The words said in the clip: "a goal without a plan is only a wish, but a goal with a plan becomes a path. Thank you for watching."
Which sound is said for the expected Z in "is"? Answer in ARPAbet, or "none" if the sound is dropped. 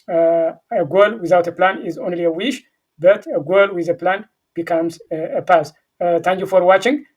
Z